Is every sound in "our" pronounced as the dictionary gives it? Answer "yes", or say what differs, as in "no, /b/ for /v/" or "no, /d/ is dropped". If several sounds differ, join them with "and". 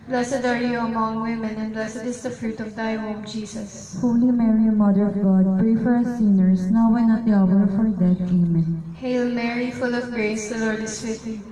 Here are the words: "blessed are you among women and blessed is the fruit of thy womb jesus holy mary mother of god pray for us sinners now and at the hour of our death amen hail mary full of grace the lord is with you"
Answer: yes